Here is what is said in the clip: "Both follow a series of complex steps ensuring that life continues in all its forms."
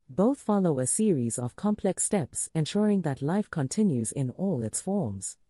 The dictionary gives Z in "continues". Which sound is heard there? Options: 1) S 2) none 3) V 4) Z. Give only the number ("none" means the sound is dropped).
4